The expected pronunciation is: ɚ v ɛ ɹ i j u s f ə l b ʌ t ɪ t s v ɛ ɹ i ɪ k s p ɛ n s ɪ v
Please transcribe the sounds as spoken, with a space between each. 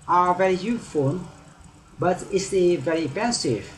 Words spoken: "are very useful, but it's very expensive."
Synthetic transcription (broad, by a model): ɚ v ɛ ɹ i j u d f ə n b ʌ t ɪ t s v ɛ ɹ i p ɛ n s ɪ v